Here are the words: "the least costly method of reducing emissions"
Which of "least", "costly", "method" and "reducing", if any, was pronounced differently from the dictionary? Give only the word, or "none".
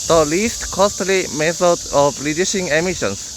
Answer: reducing